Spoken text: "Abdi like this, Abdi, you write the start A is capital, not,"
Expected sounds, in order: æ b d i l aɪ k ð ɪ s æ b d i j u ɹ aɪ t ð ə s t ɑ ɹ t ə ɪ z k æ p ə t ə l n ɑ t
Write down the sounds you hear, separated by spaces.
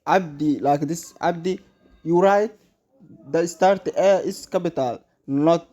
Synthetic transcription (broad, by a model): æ b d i l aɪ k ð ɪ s æ b d i j u ɹ aɪ t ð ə s t ɑ ɹ t ə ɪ s k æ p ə t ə l n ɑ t